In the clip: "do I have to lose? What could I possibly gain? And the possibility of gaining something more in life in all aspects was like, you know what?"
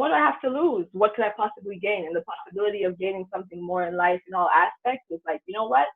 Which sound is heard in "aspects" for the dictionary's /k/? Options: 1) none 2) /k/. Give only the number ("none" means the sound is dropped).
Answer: 2